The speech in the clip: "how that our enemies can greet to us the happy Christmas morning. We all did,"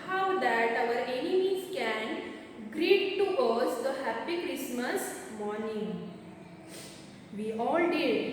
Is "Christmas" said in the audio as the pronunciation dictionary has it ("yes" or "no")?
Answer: yes